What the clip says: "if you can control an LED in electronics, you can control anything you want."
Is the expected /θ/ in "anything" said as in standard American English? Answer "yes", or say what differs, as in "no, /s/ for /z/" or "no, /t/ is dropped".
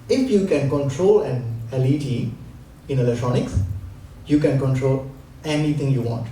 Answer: no, /t/ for /θ/